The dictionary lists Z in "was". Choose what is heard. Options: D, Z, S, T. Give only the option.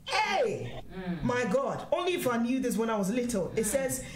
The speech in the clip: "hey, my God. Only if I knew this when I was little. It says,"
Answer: Z